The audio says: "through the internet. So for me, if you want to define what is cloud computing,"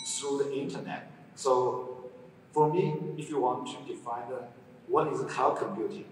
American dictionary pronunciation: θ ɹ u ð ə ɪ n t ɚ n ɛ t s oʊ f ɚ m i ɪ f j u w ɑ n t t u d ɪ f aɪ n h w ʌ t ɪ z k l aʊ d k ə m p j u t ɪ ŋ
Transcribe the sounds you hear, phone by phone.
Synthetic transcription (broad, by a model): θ ɹ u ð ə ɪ n t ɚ n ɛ t s oʊ f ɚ m i ɪ f j u w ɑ n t t u d ɪ f aɪ n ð w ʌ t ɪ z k aʊ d k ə m p j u t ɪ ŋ